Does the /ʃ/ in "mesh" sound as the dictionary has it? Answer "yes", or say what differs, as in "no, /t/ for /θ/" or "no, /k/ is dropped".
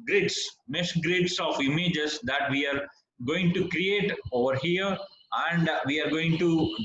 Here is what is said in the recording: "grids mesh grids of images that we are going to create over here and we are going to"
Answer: no, /s/ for /ʃ/